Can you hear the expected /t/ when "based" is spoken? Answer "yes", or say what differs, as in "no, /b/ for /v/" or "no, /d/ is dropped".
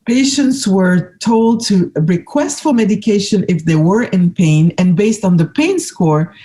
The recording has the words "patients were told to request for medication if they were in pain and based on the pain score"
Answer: yes